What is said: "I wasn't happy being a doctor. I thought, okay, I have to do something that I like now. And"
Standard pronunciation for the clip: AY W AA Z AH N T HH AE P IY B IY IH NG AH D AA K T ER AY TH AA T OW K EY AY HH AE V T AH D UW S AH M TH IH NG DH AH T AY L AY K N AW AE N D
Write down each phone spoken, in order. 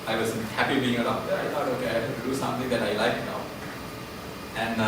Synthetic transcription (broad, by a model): AY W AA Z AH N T HH AE P IY B IY IH NG AH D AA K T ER AY T AA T OW K EY AY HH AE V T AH D UW S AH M T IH NG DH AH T AY L AY K N AW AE N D